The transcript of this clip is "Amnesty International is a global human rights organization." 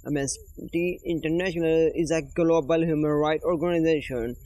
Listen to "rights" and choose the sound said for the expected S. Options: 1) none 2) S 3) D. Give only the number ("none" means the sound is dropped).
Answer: 1